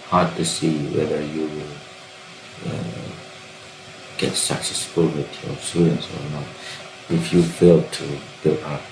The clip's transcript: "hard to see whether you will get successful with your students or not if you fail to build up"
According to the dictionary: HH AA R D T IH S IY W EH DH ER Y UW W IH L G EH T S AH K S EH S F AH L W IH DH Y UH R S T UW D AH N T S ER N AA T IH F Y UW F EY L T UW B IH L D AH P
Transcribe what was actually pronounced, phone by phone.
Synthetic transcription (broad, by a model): HH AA R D T IH S IY W EH DH ER Y UW W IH L G EH T S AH K S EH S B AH L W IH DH Y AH R S T UW D AH N T S ER N AA T IH F Y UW F EY L T UW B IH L AH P